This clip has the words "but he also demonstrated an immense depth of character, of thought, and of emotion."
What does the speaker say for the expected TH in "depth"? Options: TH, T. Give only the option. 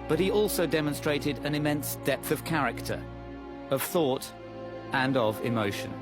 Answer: TH